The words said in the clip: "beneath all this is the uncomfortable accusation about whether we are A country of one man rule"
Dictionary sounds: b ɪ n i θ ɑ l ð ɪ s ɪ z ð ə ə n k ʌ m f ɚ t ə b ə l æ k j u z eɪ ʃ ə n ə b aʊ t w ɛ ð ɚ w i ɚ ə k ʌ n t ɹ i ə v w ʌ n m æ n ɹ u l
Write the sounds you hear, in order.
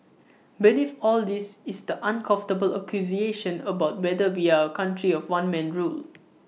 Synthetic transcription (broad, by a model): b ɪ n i f ɑ l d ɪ s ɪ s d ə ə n k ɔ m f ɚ t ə b ə l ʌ k j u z eɪ ʃ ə n ə b aʊ t w ɛ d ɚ w i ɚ ə k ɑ n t ɹ i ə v w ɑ n m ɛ n ɹ u l